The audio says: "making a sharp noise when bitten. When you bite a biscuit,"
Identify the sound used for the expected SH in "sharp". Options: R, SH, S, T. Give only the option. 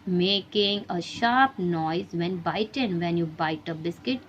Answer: SH